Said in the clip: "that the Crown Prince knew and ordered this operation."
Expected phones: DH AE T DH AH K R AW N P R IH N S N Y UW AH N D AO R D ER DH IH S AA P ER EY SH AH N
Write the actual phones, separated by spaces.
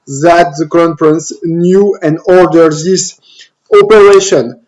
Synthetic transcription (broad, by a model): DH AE T DH AH K AW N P R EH N S N Y UW AH N D AO R D ER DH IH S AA P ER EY SH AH N